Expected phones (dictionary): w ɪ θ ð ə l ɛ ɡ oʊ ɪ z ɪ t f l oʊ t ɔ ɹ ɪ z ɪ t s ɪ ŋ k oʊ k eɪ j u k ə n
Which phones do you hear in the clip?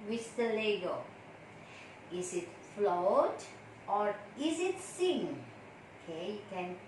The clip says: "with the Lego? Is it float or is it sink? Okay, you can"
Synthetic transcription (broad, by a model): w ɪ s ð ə l ɛ ɡ oʊ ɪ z ɪ t f l oʊ t ɔ ɹ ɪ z ɪ t s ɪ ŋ oʊ k eɪ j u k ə n